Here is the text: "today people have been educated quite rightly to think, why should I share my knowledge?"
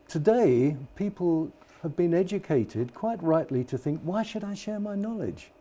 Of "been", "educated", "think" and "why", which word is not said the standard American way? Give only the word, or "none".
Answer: none